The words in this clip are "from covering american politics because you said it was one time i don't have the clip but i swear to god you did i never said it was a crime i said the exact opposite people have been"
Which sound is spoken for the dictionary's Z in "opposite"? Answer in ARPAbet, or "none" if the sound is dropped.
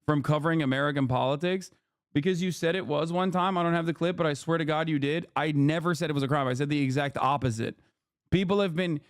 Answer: Z